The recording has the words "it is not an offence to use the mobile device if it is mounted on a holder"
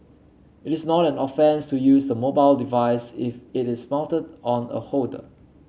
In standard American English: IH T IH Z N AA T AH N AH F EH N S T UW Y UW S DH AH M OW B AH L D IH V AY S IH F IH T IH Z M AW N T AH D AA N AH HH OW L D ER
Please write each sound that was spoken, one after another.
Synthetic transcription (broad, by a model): IH T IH S N AA T AH N AH F EH N S T UW Y UW S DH AH M OW B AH L D IH V AY S IH F IH T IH S M AW N T AH D AA N AH HH OW D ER